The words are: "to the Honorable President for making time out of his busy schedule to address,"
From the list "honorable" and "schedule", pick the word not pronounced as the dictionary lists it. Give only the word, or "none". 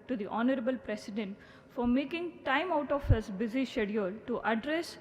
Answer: schedule